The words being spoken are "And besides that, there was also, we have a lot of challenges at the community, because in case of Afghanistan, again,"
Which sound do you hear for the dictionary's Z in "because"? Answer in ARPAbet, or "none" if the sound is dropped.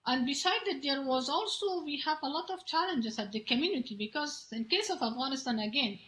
Z